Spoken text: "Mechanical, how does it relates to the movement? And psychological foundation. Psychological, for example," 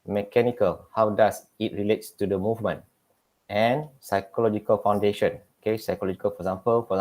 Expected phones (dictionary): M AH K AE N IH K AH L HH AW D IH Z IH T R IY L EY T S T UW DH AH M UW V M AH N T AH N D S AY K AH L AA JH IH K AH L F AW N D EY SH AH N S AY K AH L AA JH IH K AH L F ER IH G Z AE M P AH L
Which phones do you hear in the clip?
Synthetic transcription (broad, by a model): M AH K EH N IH K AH L HH AW D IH S IH T R IY L EY T S T UW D AH M UW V M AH N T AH N S AY K AH L AA JH IH K AH L F AW N D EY SH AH N S AY K AH L AA JH IH K AH L F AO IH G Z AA M P AH L